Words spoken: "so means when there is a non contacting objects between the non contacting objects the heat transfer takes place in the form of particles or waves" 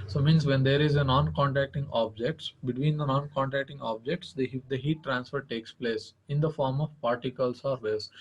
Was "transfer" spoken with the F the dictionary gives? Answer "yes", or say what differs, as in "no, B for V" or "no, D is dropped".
yes